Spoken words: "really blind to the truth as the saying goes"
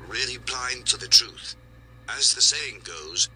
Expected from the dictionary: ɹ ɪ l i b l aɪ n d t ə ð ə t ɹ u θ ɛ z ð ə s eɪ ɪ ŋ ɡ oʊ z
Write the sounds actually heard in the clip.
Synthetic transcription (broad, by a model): ɹ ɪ l i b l aɪ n t ə ð ə t ɹ u θ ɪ z ð ə s eɪ ɪ ŋ ɡ oʊ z